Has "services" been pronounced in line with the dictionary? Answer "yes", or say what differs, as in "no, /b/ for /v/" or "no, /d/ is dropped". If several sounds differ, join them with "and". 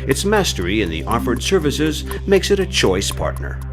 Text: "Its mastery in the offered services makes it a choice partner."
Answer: yes